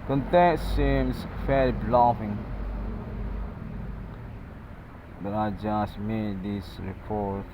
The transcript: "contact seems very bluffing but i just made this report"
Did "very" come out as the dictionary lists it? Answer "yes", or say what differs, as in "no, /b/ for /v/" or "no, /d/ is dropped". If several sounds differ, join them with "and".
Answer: no, /l/ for /ɹ/